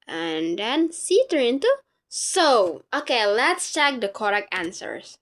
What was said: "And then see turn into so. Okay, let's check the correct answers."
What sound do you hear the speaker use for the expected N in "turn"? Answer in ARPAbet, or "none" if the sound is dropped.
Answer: none